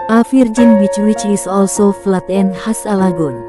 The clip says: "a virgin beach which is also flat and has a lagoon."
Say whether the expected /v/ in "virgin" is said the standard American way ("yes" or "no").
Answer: no